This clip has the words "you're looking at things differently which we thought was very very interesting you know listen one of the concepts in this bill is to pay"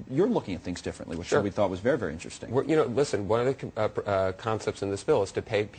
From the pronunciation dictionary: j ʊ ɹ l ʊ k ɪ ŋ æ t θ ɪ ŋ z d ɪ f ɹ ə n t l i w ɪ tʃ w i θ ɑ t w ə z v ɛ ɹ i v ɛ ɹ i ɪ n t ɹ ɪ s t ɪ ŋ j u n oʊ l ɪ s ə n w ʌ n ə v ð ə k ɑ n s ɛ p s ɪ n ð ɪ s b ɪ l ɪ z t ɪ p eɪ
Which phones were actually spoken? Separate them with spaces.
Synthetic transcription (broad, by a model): j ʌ ɹ l ʊ k ɪ ŋ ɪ t θ ɪ ŋ z d ɪ f ɹ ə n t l i w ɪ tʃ w i θ ɑ t w ə z v ɛ ɹ i v ɛ ɹ i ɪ n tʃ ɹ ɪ s t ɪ ŋ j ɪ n oʊ l ɪ s ə n w ʌ n ə v ð ə k ɑ n s ɛ p s ɪ n ð ɪ s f ɪ l ɪ z t ɪ p eɪ